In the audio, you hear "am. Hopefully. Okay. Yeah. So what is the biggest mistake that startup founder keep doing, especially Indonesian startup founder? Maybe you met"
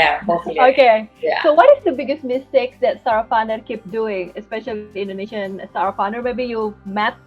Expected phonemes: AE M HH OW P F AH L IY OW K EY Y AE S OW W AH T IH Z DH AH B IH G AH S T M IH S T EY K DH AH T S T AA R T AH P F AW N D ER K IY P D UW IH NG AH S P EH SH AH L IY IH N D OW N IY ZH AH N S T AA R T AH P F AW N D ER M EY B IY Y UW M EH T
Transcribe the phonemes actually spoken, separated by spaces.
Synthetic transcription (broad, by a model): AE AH IY OW K EY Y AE S OW W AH T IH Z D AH B IH G AH S T M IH S T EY K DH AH T S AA R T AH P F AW N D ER K IY P D UW IH NG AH S P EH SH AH L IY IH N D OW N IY SH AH N S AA R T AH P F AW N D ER M EY B IY Y UW M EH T